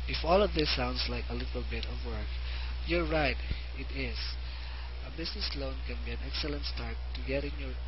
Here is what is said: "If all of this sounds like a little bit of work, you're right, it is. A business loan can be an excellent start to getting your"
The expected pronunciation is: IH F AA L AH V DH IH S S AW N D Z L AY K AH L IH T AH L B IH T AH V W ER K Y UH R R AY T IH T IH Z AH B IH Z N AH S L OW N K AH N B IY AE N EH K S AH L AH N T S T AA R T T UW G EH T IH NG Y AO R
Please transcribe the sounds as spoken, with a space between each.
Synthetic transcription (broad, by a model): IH F AA L AH V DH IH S S AW N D S L AY K AH L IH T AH L B IH T AH V W ER K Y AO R R AY T IH T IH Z AH B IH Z N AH S L OW N K AH N B IY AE N EH K S AH L AH N T S T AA R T T UW G EH T IH NG Y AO R